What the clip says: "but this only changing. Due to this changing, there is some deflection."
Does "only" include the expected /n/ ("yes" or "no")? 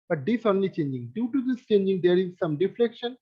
yes